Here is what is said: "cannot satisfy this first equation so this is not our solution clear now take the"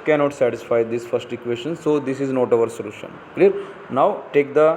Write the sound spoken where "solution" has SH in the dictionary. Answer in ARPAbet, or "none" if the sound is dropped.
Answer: SH